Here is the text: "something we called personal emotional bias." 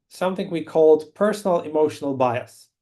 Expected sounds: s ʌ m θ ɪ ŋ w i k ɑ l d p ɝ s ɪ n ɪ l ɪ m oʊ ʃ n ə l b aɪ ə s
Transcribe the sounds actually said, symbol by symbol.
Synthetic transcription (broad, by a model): s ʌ m θ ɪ ŋ w i k ɑ l d p ɝ s n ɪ l ɪ m oʊ ʃ n ə l b aɪ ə s